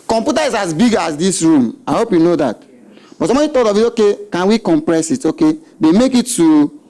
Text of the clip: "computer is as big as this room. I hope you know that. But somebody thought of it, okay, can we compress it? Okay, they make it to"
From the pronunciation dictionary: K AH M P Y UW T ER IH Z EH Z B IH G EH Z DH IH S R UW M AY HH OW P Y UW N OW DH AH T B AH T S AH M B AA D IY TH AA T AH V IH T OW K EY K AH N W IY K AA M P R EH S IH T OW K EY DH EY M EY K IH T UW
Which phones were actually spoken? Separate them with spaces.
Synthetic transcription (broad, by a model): K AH M P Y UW T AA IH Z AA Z B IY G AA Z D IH S R UW M AY HH OW P Y UW N OW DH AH T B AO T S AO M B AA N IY T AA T AH V IH T OW K EY K AH N W IY K AA M P R EH S IH T OW K EY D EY M EY K IH T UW